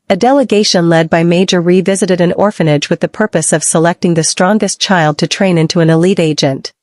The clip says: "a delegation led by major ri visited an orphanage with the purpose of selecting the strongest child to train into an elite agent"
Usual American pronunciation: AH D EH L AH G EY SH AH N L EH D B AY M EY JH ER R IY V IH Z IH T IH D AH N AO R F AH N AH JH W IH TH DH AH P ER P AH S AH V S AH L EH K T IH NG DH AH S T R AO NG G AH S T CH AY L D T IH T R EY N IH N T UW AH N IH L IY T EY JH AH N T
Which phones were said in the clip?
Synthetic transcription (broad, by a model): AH D EH L AH G EY SH AH N L EH D B AY M EY JH ER R IY V IH Z IH T IH D AH N AO R F AH N AH JH W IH DH AH P ER P AH S AH V S AH L EH K T IH NG DH AH S T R AO NG G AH S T CH AY L D T IH T R EY N IH N T UW AH N IH L IY T EY JH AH N T